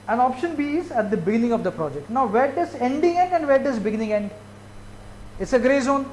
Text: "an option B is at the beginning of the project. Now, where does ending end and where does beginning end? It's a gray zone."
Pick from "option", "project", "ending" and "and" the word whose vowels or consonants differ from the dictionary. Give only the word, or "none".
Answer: none